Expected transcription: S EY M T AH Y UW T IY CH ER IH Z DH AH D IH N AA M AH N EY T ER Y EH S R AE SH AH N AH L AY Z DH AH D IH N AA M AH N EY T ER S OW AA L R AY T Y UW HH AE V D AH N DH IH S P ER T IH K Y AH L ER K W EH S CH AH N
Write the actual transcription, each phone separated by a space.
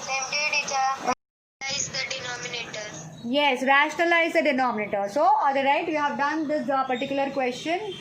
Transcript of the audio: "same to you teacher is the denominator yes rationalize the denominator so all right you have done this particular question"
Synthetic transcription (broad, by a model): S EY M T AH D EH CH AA AA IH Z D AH D IH N AA M AH N EY T ER Y EH S R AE SH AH N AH L AY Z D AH D IH N AA M AH N EY T ER S OW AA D R AY T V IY HH AE V D AH N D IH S P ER T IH K Y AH L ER K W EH S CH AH N